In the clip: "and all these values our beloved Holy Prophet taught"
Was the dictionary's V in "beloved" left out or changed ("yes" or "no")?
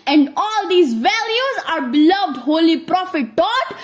no